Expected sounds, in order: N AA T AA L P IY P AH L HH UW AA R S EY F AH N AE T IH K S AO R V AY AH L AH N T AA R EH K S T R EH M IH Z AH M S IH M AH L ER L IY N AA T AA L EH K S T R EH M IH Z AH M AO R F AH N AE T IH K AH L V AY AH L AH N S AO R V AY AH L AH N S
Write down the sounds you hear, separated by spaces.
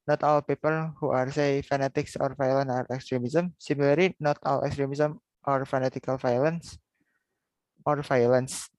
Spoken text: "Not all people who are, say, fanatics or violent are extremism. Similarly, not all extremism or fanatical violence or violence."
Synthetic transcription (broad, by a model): N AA T AA L P IY P AH L HH UW AA R S EY F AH N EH T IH K S AO R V AY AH L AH N AA R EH K S T R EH M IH S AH M S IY M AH L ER L IY N AA T AA L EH K S T R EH M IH S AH M AO R F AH N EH T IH K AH L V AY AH L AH N S AO R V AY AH L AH N S